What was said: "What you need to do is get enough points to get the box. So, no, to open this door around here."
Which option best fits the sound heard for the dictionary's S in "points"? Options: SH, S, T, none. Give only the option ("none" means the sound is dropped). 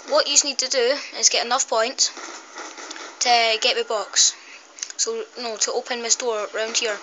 none